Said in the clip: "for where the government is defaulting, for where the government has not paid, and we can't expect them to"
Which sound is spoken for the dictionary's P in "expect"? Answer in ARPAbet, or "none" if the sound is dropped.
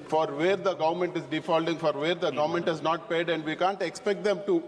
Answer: P